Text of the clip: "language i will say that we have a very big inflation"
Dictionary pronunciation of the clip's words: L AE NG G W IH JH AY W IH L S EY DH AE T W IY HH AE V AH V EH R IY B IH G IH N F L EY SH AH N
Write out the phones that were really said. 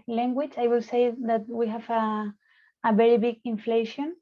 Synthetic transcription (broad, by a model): L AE NG G W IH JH AY W IH L S EY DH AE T W IY HH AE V AH V EH R IY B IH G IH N F L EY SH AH N